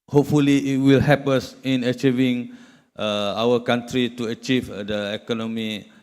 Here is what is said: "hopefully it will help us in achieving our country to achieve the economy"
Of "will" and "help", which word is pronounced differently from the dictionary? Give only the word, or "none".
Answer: help